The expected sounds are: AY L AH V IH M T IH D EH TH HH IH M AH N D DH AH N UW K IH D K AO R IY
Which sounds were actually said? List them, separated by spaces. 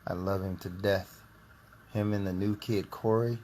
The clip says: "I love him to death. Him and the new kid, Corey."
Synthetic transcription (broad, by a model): AY L AH V IH M T IH D EH TH HH IH M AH N DH AH N UW K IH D K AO R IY